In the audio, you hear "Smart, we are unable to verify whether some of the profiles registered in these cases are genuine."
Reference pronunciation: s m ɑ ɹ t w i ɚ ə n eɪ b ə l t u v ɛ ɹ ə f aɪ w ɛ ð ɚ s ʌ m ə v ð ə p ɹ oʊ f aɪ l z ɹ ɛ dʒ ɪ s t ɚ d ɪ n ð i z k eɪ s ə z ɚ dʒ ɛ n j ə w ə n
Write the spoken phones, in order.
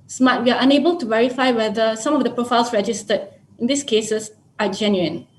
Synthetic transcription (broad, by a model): s m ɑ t w i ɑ ə n eɪ b ə l t u v ɛ ɹ ə f aɪ w ɛ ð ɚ s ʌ m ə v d ə p ɹ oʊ f aɪ l s ɹ ɛ dʒ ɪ s t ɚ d ɪ n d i s k eɪ s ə s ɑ dʒ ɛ n j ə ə n